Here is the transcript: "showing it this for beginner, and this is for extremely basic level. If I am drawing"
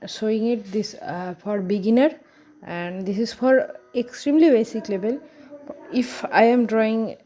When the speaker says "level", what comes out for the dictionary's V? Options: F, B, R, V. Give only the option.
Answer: B